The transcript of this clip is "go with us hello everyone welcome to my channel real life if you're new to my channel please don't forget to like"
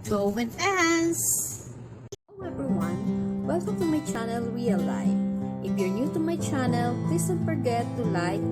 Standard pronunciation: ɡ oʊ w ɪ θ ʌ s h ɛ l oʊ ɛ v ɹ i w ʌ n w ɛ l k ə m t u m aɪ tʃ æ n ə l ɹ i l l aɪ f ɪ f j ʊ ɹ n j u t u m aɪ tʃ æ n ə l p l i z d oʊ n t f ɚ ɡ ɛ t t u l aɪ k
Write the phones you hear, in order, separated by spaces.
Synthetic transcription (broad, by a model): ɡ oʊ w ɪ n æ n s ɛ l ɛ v ɹ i w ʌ n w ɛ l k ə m t u m aɪ tʃ æ n ə l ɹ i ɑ l aɪ ɪ f j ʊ ɹ n j u t u m aɪ tʃ æ n ə l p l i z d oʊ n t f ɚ ɡ ɛ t t u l aɪ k